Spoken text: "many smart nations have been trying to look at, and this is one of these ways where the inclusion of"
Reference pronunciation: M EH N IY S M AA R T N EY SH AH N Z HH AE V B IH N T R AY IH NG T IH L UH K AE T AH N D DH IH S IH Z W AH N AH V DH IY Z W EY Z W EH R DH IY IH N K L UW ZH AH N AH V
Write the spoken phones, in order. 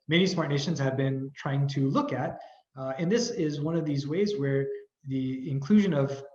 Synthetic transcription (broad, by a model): M EH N IY S M AA R T N EY SH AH N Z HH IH V B IH N T R AY IH NG T IH L UH K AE T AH N DH IH S IH Z W AH N AH V DH IY Z W EY Z W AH R DH IY IH N K L UW ZH AH N AH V